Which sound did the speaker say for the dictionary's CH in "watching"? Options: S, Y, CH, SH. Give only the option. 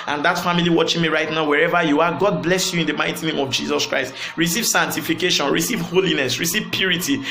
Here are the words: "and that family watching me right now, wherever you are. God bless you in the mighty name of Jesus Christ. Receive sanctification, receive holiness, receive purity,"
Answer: CH